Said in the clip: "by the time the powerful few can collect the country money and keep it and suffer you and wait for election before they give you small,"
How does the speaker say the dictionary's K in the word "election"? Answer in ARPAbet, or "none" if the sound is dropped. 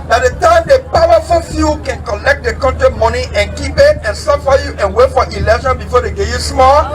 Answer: none